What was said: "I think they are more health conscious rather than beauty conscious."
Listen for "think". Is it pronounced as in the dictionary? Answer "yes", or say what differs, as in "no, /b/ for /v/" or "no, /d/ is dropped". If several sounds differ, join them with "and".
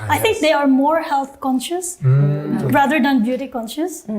no, /t/ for /θ/